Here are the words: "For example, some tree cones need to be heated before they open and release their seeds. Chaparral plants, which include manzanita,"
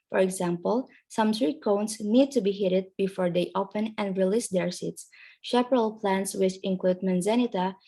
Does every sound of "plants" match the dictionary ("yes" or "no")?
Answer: yes